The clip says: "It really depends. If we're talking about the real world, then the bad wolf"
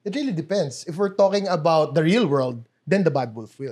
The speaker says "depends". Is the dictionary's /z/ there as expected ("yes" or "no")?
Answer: no